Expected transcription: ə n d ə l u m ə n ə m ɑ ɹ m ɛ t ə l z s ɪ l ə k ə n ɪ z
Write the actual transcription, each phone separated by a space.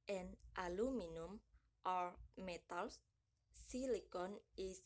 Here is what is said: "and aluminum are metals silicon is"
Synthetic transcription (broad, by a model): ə n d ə l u m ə n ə m ɑ ɹ m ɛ t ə l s s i l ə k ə n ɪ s